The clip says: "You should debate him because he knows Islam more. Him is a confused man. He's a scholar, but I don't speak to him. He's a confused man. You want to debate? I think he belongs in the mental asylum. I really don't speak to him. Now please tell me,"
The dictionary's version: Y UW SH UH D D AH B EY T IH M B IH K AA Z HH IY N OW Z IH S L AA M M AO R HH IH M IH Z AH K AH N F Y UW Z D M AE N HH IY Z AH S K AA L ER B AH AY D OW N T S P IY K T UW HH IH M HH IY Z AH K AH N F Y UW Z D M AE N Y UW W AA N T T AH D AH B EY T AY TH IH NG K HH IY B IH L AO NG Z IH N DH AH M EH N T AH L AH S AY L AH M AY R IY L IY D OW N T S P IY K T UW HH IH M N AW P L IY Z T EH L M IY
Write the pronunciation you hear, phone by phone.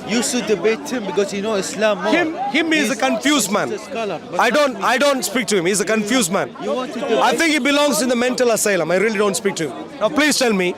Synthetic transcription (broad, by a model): Y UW S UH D D AH B EY T IH M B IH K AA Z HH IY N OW IH S L AA M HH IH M HH IH M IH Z AH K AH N F Y UW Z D M AE N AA AH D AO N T AY D OW N T S P IY K T UW HH IH M HH IY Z AH K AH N F Y UW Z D M AE N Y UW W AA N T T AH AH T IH NG K HH IY B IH L AO NG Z IH N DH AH M EH N T AH L AH S AY L AH M AY R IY L IY D OW N T S P IY K T UW HH IH M N AW P L IY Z T EH L M IY